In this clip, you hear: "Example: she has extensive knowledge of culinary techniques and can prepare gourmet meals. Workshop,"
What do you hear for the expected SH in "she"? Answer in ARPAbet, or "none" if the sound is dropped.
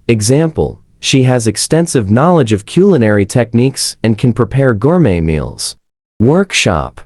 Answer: SH